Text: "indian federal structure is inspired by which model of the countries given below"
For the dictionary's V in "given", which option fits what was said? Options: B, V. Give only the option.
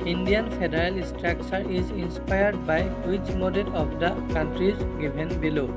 B